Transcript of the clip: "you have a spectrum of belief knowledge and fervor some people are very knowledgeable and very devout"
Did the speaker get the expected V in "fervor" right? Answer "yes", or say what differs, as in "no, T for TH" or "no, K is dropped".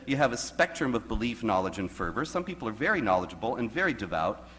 yes